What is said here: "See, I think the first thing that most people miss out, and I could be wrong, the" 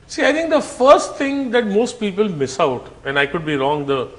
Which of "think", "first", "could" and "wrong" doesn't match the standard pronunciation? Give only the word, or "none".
think